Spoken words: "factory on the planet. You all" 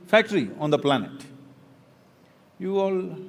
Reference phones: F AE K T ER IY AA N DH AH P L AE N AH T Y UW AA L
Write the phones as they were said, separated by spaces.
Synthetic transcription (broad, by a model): F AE K T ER IY AA N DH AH P L AE N AH T Y UW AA L